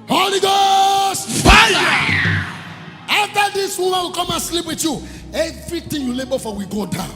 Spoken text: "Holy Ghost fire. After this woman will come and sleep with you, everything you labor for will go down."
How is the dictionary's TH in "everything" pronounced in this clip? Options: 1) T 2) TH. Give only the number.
1